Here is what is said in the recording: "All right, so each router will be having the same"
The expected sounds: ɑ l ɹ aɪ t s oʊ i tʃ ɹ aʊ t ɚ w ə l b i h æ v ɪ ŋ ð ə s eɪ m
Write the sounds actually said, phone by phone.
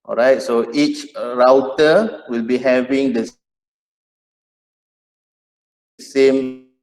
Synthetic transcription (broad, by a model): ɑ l ɹ aɪ t s oʊ i tʃ ɹ aʊ t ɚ w ə l b i h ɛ v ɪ ŋ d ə s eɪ m